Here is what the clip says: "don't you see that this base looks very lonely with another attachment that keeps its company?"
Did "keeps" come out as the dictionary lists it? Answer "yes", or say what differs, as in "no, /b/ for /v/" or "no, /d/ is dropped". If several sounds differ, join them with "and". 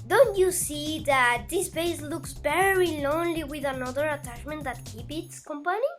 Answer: no, /s/ is dropped